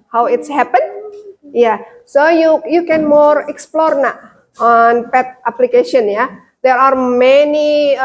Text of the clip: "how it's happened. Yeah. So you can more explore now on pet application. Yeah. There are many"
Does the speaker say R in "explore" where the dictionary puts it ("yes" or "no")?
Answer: yes